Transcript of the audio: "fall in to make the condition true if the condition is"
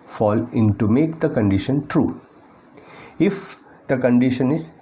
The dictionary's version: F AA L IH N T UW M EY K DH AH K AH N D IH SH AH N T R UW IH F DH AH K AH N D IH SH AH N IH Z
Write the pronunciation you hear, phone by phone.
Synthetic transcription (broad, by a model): F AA L IH N T UW M EY K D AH K AH N D IH SH AH N T R UW IH F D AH K AH N D IH SH AH N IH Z